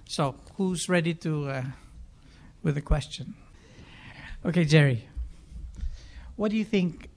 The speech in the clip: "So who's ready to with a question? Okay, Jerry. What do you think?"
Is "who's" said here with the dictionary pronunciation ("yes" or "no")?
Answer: yes